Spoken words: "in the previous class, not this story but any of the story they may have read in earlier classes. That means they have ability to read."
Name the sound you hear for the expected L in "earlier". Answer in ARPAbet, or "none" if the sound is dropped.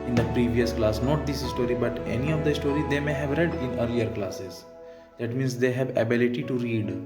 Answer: L